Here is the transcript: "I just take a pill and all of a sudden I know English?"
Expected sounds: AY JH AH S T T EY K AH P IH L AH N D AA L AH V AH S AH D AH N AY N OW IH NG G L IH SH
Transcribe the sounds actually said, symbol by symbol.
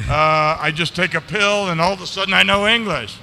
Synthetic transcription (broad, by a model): AY JH AH S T T EY K AH P IH L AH N AA L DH AH S AH D N AY N OW IH NG G L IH SH